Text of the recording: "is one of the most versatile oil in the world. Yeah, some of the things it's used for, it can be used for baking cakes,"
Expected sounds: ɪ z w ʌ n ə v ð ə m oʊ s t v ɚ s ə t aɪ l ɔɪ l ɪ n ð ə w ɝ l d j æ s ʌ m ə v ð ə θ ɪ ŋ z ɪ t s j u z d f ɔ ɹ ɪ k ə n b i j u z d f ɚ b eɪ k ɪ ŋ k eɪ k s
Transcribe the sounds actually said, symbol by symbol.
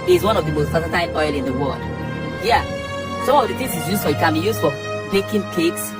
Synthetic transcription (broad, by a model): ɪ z w ʌ n ə v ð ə m oʊ s t p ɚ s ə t aɪ n ɔɪ l ɪ n ð ə w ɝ l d j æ s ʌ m ə v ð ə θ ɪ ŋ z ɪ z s j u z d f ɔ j ɪ k ə n b i j u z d f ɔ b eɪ k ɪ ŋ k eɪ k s